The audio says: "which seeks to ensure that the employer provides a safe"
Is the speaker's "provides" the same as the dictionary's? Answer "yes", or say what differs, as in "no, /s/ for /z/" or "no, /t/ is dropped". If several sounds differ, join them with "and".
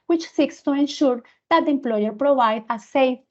no, /z/ is dropped